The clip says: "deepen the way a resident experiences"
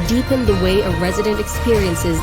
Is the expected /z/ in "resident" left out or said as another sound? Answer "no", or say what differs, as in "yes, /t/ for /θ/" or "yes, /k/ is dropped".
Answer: no